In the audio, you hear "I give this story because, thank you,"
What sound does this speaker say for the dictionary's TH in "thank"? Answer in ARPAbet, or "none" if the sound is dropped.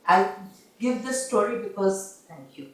T